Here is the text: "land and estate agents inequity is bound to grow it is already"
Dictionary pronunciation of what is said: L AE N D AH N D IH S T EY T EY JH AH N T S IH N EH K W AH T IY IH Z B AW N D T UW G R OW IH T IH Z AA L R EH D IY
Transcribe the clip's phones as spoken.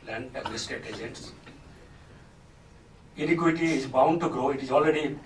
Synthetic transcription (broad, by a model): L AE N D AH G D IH S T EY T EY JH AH T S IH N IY K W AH T IY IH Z B AW N D T UW G R OW IH T IH Z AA L R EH D IY